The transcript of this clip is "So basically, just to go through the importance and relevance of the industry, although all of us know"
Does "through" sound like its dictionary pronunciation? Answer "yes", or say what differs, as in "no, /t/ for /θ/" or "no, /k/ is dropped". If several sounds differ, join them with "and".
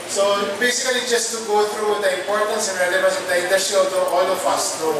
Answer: no, /t/ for /θ/